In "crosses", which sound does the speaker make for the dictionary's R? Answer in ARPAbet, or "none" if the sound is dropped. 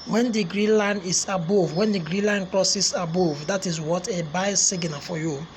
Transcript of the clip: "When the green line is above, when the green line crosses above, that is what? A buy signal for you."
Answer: L